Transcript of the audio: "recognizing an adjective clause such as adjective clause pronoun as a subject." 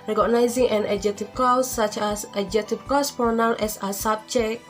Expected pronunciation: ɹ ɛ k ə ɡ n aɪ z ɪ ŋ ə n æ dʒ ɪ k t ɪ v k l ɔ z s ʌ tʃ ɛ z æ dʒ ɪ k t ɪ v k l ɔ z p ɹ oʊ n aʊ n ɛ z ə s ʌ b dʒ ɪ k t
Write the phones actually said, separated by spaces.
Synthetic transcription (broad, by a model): ɹ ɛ k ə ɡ n aɪ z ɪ ŋ ə n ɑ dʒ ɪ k t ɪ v k ɔ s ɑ tʃ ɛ s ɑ dʒ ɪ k t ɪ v k ɔ s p oʊ n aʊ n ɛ s ə s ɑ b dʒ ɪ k